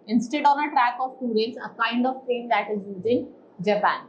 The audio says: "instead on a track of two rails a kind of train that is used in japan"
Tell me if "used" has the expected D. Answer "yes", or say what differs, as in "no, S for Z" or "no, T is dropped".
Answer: no, D is dropped